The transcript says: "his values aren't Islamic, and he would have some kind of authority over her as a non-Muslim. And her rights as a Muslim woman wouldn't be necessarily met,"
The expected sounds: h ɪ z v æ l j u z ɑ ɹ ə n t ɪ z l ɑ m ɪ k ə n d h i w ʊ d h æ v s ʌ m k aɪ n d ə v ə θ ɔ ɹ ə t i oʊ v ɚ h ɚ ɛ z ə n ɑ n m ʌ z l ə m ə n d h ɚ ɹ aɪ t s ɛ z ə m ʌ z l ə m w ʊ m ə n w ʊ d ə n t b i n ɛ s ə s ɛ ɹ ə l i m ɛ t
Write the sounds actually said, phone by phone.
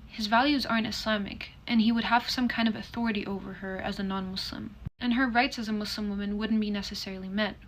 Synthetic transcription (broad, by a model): h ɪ z v æ l j u z ɑ ɹ ə n t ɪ s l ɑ m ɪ k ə n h i w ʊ d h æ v s ʌ m k aɪ n d ə v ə θ ɔ ɹ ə t i oʊ v ɚ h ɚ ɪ z ə n ɑ n m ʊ s l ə m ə n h ɚ ɹ aɪ t s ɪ z ə m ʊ s l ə m w ʊ m ə n w ʊ d n b i n ɛ s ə s ɛ ɹ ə l i m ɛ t